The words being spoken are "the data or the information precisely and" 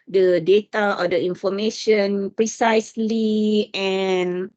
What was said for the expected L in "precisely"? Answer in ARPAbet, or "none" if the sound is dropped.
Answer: L